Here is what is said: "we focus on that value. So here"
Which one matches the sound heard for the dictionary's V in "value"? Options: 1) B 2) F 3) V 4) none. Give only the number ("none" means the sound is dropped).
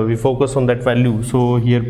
3